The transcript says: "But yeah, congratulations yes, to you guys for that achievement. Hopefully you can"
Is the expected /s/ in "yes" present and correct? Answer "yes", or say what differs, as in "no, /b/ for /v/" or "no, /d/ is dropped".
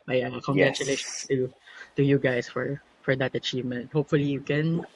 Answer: no, /s/ is dropped